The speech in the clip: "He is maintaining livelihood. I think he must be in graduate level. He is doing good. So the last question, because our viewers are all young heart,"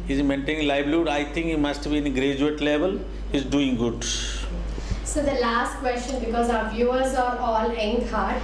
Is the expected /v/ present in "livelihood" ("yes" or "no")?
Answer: no